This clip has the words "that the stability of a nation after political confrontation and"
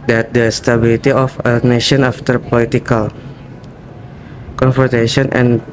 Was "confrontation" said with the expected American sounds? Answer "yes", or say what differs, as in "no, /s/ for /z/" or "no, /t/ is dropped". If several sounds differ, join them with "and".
no, /ɹ/ is dropped